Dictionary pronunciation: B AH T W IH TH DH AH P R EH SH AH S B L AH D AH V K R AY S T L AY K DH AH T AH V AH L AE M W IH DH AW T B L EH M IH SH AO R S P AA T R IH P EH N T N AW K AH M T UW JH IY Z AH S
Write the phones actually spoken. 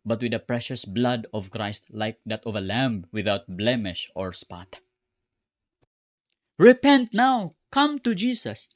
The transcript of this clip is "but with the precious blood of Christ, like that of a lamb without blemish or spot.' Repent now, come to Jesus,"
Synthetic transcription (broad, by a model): B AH T W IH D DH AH P R EH SH AH S B L AH D AH V K R AY S T L AY K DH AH T AH V AH L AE M W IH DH AW T B L EH M IH SH AO R S P AA T R IH P EH N T N AW K AH M T UW JH IY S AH S